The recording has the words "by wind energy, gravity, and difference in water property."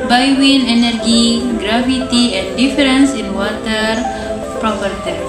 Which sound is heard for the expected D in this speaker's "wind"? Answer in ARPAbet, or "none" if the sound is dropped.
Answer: none